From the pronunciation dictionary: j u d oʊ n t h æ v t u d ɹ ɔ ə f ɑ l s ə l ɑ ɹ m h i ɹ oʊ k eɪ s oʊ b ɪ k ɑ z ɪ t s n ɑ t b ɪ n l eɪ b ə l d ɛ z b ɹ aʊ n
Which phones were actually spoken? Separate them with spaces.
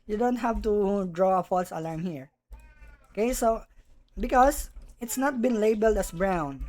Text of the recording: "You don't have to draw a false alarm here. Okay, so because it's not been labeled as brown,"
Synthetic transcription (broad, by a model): j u d oʊ n t h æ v t u d ɹ ɔ ə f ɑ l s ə l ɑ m h i ɹ oʊ k eɪ s oʊ b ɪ k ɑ s ɪ t s n ɑ t b ɪ n l eɪ b ə l d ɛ s b ɹ aʊ n